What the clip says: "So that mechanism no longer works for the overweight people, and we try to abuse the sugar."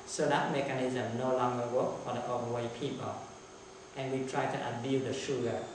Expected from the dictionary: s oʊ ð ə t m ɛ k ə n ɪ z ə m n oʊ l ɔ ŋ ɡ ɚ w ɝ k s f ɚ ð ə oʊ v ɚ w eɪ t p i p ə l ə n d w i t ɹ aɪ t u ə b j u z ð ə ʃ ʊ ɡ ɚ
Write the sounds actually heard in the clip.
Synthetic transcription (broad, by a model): s oʊ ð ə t m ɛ k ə n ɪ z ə m n oʊ l ɔ ŋ ɡ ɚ w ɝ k f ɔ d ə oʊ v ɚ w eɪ p i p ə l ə n w i t ɹ aɪ t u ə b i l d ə ʃ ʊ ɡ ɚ